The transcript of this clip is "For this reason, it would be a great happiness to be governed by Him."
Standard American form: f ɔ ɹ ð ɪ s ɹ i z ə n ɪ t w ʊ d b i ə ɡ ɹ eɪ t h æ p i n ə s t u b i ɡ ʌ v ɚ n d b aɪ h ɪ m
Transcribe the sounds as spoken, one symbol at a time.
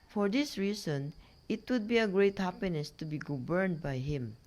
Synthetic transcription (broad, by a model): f ɔ ɹ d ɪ s ɹ i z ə n ɪ t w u d b i ə ɡ ɹ eɪ t h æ p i n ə s t u b i ɡ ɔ b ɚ n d b aɪ h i m